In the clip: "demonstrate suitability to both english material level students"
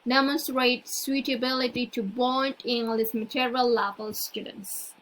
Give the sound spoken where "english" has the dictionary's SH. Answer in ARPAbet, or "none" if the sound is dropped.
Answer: S